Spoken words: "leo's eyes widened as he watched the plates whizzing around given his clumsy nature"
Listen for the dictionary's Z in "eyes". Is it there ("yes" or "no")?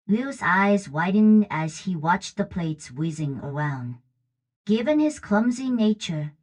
yes